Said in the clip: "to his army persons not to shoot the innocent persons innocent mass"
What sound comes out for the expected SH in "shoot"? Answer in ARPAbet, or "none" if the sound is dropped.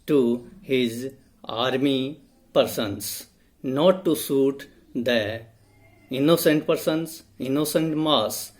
S